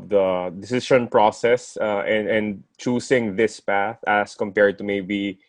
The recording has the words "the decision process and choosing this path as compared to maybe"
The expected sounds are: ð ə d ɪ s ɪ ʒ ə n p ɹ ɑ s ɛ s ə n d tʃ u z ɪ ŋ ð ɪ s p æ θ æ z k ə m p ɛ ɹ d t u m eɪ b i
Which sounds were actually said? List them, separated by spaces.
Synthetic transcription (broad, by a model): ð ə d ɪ s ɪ ʃ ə n p ɹ ɑ s ɛ s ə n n tʃ u s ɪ ŋ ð ɪ s p æ θ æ s k ə m p ɛ ɹ d t u m eɪ b i